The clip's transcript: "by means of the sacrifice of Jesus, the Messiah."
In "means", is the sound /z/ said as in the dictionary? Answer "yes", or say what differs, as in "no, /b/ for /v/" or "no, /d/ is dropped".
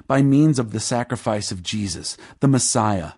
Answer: yes